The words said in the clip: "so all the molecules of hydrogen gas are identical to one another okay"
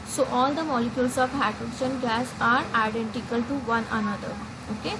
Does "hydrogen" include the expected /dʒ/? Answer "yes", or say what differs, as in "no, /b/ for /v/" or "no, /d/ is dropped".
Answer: no, /ʃ/ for /dʒ/